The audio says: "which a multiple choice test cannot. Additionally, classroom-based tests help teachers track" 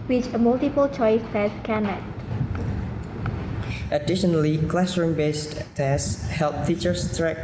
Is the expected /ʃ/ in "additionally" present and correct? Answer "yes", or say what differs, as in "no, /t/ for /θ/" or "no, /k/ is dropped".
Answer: yes